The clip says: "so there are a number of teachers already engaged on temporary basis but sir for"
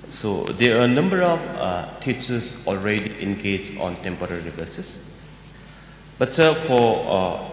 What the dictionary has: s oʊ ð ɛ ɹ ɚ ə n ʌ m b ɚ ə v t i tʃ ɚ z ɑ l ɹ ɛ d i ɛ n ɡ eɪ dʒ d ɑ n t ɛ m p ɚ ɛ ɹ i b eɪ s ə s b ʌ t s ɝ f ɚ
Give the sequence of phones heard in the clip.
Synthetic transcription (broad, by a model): s oʊ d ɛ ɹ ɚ ə n ʌ m b ɚ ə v t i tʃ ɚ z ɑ l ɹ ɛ d i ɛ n ɡ eɪ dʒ ɑ n t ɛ m p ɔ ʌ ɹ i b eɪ s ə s b ʌ t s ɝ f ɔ